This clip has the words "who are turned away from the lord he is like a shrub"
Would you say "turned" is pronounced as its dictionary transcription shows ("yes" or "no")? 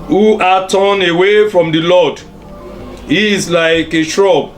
no